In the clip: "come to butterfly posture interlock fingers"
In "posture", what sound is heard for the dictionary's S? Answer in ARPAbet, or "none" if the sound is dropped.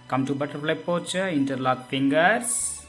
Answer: none